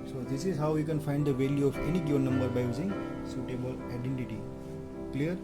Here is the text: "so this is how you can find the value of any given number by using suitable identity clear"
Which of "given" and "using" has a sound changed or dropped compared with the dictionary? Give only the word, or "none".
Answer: given